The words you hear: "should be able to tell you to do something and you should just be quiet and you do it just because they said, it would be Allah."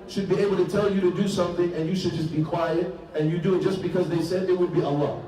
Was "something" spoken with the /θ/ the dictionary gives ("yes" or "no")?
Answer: yes